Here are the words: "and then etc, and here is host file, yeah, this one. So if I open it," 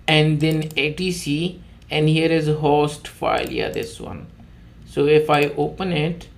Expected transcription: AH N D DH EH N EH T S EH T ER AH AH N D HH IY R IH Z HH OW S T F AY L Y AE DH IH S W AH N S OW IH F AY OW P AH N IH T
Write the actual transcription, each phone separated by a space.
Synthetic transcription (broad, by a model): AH N D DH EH N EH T IY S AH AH N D HH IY R IH Z HH OW S T F AY L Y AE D IH S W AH N S OW IH F AY OW P AH N IH T